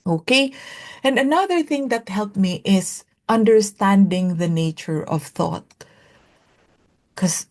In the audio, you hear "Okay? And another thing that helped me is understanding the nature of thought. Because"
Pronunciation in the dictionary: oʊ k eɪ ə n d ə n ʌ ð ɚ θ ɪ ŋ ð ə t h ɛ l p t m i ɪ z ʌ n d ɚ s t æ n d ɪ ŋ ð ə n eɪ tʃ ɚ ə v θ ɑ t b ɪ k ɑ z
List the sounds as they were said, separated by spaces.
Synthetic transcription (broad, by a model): oʊ k eɪ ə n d ə n ʌ ð ɚ θ ɪ ŋ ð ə t h ɛ l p m i ɪ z ʌ n d ɚ s t æ n d ɪ ŋ ð ə n eɪ tʃ ɚ ə v θ ɑ t k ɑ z